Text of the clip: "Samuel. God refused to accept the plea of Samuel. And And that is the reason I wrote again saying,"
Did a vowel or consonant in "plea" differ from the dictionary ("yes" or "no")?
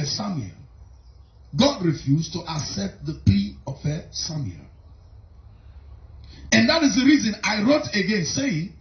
yes